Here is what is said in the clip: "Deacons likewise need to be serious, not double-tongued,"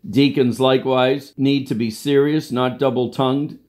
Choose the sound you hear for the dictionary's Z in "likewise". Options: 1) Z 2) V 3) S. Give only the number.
1